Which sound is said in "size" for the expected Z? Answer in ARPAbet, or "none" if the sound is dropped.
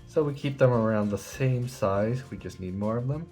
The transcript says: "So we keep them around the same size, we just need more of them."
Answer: Z